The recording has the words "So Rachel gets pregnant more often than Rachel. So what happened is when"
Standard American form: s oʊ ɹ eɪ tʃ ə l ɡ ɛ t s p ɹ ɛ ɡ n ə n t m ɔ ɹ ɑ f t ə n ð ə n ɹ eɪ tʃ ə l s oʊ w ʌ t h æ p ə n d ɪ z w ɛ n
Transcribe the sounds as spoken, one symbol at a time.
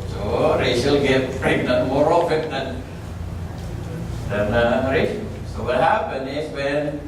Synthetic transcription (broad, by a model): s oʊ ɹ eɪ s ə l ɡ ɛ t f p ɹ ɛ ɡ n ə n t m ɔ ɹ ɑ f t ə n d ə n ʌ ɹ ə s s oʊ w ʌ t h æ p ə n ɪ s w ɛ n